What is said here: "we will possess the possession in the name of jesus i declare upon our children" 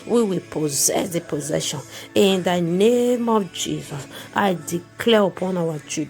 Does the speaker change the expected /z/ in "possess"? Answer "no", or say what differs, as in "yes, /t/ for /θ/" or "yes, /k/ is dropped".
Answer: no